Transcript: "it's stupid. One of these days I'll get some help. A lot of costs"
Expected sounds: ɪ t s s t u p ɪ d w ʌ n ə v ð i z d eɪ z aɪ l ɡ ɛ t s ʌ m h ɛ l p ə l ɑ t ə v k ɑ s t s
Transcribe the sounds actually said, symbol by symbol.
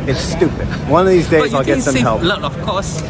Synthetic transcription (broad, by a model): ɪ t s s t u p ɪ d w ʌ n ə v ð i z d eɪ z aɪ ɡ ɡ ɛ t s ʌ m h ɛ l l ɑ ə v k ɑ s s